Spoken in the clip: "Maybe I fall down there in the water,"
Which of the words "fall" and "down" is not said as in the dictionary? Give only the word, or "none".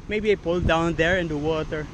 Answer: fall